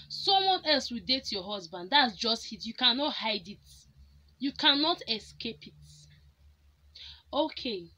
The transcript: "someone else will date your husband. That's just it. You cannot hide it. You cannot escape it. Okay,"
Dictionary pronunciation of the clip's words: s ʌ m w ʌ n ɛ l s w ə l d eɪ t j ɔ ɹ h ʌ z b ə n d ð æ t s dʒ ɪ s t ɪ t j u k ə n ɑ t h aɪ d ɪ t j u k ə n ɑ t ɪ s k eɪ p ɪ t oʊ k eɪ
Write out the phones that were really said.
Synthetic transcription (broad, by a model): s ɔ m w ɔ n ɛ l s w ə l d eɪ t j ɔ h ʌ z b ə n d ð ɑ t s dʒ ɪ s t ɪ t j u k ə n ɑ t h aɪ d ɪ t j u k ə n ɑ t ɪ s k eɪ p ɪ t oʊ k eɪ